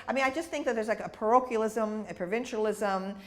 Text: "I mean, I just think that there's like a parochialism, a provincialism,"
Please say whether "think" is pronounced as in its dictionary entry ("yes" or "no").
yes